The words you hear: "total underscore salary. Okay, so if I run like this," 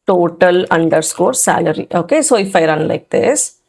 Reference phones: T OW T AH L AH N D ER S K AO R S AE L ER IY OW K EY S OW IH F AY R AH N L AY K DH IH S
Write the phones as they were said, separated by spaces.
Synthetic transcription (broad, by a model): T OW T AH L AH N D ER S K AO R S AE L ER IY OW K EY S OW IH F AY R AH N L AY K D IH S